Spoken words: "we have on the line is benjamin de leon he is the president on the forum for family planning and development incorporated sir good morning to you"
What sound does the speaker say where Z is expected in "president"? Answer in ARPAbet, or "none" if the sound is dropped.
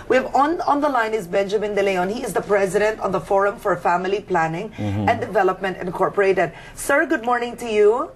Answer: Z